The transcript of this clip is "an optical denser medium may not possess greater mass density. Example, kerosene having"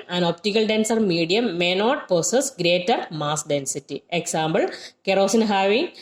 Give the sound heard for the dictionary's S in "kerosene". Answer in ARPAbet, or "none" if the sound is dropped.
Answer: S